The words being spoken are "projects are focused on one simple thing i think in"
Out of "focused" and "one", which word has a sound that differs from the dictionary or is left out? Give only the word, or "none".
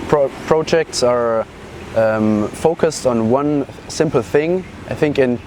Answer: none